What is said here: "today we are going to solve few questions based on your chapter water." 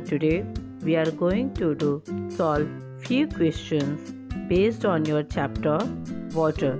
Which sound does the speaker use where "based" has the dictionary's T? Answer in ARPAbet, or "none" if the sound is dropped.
T